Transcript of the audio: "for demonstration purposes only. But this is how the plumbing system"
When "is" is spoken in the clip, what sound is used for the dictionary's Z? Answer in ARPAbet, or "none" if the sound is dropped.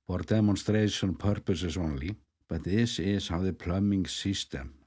S